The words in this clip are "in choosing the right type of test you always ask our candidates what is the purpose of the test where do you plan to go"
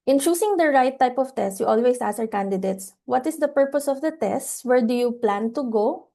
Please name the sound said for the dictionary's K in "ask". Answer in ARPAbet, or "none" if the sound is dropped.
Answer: none